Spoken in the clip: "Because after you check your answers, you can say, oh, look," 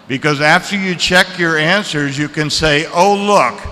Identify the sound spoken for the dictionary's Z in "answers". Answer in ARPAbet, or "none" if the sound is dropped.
Z